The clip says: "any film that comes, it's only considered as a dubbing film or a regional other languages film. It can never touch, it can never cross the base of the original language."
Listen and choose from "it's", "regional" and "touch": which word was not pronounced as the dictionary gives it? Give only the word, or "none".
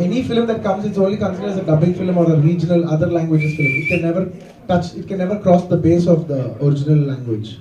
none